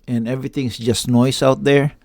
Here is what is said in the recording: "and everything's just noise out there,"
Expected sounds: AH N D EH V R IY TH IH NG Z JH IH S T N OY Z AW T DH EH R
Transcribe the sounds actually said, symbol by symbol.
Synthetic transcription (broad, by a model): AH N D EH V R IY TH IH NG S JH IH S T N OY S AW T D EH R